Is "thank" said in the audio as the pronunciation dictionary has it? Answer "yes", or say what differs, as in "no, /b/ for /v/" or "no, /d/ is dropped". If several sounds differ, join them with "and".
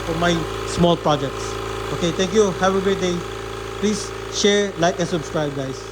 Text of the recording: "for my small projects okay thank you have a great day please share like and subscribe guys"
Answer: no, /t/ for /θ/